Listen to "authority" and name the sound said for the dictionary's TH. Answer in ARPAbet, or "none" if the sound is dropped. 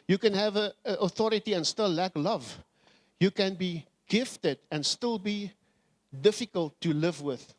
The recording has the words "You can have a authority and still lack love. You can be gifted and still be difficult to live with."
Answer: TH